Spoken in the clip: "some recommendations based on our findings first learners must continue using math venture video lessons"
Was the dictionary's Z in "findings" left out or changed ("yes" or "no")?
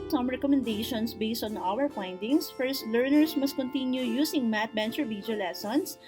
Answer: yes